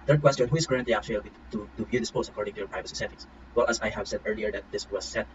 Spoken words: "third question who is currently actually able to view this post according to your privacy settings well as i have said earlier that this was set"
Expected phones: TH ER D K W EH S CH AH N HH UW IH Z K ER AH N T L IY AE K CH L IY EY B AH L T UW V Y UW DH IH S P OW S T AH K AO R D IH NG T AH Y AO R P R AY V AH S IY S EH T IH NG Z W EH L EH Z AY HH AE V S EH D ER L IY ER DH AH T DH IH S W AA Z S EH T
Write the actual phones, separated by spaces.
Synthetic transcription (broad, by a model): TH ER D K W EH S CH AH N HH UW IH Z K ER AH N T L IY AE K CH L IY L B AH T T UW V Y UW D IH S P OW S AH K AO R D IH NG T AH Y AO R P R AY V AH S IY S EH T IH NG S W EH L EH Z AY HH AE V S EH D ER L IY ER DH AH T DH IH S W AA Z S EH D